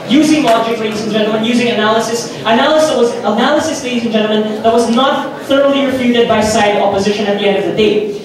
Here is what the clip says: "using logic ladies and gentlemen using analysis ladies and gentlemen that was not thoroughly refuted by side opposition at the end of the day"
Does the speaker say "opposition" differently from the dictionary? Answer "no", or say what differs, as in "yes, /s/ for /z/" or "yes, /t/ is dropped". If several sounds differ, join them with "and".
no